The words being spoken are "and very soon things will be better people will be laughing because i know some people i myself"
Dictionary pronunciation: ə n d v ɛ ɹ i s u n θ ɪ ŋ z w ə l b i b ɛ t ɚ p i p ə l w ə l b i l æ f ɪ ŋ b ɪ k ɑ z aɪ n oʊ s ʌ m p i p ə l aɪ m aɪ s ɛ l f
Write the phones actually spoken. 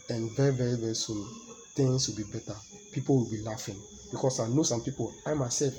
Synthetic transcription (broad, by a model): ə n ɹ v ɛ ɹ i s u n t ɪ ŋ s w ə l b i b ɛ t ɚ p i p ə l w ə l b i l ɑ f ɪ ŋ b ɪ k ɑ s aɪ n oʊ s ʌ m p i p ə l aɪ m aɪ s ɛ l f